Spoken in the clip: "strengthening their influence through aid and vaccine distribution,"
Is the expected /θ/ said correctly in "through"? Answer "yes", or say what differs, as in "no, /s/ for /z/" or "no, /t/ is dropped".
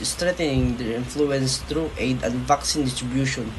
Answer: no, /t/ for /θ/